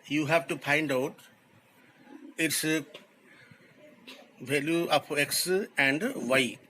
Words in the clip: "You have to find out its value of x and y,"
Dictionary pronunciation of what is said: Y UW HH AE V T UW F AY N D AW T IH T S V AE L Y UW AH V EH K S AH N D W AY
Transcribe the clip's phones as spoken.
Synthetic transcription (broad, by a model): Y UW HH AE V T UW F AY N D AW T IH T S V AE L Y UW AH P EH K S AH N D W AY